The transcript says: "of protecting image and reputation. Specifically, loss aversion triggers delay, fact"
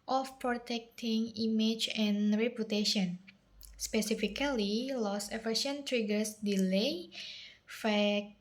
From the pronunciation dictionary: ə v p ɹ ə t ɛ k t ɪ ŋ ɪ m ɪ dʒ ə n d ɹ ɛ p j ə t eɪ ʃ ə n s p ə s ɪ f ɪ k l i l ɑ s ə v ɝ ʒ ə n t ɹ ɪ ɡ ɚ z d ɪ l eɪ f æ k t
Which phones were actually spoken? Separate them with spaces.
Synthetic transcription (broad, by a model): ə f p ɹ ə t ɛ k t ɪ ŋ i m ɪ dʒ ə n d ɹ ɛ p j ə t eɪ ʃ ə n s p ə s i f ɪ k l i l ɑ s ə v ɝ ʃ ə n t ɹ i ɡ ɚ s d ɪ l eɪ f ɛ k